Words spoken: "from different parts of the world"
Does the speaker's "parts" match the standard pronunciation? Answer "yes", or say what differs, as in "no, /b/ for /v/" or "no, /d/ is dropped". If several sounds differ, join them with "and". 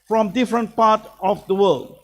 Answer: no, /s/ is dropped